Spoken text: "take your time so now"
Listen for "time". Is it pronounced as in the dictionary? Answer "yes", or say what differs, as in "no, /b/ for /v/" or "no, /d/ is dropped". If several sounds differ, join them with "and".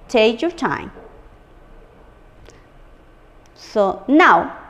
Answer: yes